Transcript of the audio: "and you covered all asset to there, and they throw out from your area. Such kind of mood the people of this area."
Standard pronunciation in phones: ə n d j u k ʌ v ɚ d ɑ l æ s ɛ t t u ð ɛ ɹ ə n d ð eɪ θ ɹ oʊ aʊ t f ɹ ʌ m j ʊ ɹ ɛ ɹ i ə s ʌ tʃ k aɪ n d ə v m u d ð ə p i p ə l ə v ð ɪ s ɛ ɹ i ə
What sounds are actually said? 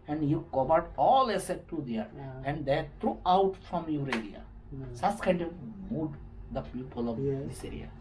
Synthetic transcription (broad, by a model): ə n d j u k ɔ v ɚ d ɑ l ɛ s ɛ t t u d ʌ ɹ ə n d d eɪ t ɹ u aʊ t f ɹ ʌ m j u ɹ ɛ l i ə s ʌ s k aɪ n d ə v m u d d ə p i p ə l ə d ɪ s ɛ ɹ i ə